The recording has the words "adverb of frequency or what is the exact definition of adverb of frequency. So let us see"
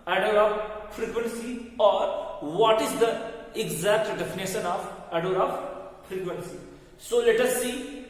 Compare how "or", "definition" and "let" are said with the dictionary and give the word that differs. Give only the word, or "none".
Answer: none